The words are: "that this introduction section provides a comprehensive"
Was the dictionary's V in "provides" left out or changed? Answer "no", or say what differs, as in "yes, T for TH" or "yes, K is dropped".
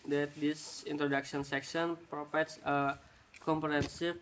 yes, F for V